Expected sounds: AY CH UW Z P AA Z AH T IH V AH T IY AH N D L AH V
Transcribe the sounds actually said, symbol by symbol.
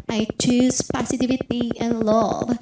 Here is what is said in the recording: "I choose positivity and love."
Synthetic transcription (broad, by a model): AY CH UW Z P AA S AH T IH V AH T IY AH N L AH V